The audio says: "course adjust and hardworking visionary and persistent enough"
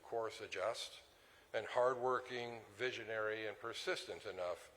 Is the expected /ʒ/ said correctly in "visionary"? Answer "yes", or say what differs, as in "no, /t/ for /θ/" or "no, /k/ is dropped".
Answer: yes